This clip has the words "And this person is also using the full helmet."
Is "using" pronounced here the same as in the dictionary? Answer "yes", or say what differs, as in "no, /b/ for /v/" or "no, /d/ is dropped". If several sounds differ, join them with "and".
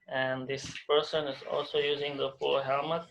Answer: yes